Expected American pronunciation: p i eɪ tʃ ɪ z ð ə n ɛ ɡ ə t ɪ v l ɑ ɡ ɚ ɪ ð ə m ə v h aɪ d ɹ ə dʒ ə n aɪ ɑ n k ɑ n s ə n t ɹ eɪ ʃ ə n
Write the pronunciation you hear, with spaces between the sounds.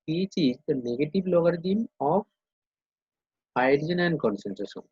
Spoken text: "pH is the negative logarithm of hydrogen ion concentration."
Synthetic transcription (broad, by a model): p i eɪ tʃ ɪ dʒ n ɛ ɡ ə t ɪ b l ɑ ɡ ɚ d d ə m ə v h aɪ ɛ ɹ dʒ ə n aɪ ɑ n k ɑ n s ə n t ɹ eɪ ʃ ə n